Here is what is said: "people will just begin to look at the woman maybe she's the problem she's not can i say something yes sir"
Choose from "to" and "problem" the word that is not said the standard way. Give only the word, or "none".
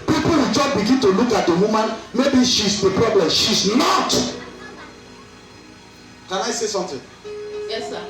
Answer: none